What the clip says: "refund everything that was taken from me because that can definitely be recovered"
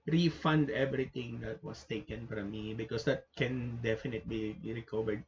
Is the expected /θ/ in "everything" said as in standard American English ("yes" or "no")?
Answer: no